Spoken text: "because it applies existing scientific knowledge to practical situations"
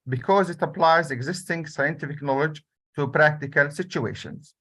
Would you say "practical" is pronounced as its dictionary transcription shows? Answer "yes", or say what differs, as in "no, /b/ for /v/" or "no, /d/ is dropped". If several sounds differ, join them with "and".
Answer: yes